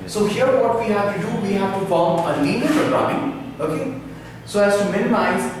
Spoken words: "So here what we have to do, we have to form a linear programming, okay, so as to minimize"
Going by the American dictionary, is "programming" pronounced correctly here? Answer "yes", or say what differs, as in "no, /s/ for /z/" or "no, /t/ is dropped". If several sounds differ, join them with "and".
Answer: no, /m/ is dropped